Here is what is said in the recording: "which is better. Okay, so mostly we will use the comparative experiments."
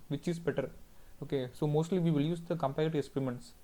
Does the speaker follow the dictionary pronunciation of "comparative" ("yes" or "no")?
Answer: no